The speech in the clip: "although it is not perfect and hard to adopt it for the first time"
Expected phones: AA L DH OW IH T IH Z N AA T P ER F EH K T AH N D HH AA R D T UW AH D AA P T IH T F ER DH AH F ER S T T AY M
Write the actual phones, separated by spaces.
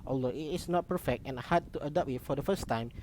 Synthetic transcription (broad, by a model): AA L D OW IH T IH S N AA T P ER F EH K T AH N HH AA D T UW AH D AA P IH T F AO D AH F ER S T T AY M